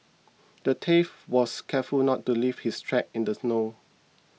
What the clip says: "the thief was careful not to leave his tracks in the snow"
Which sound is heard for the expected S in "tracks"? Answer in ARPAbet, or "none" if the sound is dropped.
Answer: none